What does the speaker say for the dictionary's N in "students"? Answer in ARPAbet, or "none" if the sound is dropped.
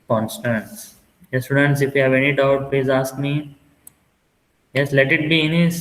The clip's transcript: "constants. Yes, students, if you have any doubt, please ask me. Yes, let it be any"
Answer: N